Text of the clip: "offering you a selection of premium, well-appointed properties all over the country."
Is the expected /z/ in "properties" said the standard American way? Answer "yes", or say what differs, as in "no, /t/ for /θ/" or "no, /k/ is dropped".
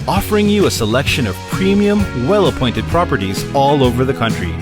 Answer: yes